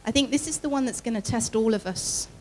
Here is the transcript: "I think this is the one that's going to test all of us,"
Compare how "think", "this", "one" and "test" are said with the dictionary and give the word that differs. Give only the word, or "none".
none